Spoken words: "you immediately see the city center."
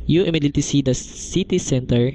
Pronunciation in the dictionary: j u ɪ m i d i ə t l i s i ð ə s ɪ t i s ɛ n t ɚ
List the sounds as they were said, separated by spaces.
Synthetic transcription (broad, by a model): j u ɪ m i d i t i s i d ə s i t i s ɛ n t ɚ